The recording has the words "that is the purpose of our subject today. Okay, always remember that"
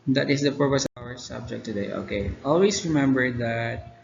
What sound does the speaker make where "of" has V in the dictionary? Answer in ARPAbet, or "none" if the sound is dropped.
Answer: W